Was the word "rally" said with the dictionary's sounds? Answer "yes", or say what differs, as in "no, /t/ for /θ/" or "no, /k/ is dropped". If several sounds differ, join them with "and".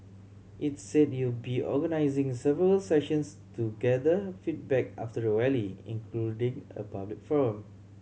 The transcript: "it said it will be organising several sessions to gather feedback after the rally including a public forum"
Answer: no, /w/ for /ɹ/